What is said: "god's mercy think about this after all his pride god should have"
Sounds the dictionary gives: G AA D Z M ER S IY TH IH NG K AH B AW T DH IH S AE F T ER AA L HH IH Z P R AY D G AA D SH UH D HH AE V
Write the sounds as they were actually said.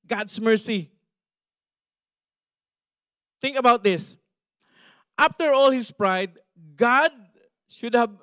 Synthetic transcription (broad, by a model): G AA D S M ER S IY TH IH NG K AH B AW T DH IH S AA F T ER AA L HH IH S P R AY D G AA D SH UH D HH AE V